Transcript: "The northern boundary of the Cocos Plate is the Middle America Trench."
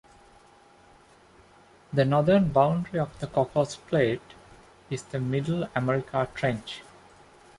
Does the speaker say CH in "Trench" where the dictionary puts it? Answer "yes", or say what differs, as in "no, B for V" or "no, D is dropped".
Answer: yes